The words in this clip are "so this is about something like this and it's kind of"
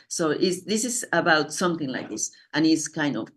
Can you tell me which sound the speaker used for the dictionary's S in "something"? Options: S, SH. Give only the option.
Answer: S